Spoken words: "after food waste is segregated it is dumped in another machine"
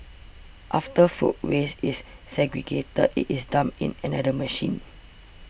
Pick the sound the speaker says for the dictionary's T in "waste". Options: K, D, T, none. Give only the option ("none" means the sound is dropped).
none